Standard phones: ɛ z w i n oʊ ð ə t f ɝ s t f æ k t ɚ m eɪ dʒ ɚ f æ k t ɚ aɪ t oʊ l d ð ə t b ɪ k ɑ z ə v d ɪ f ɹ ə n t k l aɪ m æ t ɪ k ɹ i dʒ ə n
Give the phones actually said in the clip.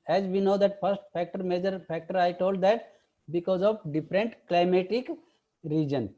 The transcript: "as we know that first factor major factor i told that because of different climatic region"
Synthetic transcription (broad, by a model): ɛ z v i n oʊ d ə t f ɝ s t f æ k t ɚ m eɪ dʒ ɚ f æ k t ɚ aɪ t oʊ l d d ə t b ɪ k ɑ z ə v d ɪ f ɹ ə n t k l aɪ m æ t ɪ k ɹ i dʒ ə n